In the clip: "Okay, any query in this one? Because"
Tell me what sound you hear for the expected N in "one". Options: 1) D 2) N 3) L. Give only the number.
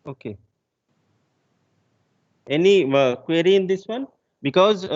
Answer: 2